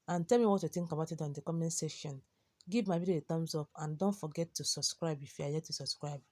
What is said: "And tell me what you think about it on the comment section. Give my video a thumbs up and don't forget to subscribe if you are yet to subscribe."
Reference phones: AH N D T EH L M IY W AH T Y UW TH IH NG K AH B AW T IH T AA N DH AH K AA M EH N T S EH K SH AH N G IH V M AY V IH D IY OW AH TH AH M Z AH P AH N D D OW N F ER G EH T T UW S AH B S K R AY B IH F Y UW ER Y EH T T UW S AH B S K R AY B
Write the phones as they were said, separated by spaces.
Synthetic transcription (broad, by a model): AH N T EH L M IY W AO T Y UW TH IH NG K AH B AW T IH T AA N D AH K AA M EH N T S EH SH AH N G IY V M AY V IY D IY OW AH T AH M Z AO P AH N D D OW N F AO G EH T T UW S AH B S K R AY B IH F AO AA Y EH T T UW S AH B S K R AY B